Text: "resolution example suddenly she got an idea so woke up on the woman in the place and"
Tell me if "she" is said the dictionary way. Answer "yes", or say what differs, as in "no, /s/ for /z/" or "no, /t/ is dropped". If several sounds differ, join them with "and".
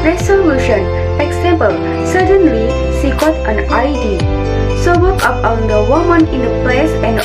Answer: no, /s/ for /ʃ/